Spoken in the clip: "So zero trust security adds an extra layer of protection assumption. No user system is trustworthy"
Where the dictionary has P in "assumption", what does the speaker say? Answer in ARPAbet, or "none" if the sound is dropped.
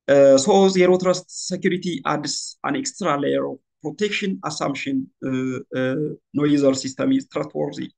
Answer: none